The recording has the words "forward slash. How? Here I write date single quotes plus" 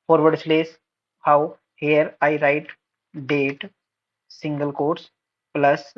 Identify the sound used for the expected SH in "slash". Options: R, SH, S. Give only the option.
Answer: S